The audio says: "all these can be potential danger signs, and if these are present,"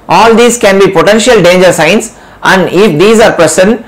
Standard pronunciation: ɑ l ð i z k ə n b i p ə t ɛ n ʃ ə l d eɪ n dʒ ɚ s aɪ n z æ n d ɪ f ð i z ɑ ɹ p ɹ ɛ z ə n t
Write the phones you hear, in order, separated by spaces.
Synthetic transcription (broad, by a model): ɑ l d i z k ə n b i p ə t ɛ n ʃ ə l d eɪ n dʒ ɚ s aɪ n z æ n d ɪ f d i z ɑ ɹ p ɹ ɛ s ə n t